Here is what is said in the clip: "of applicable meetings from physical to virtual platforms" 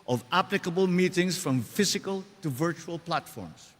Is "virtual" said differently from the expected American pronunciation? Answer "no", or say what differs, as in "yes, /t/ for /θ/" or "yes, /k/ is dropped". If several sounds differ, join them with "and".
no